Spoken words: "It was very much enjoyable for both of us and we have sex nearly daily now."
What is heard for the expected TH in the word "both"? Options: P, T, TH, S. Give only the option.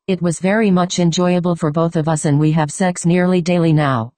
TH